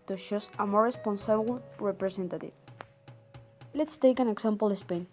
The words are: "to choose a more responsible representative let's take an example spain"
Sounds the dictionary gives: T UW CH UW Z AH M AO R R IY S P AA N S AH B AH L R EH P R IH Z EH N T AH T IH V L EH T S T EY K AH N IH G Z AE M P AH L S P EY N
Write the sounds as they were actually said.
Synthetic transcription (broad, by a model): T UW SH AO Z AH M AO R R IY S P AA N S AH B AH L R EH P R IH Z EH N T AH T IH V L EH T S T EY K AH N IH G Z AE M P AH L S P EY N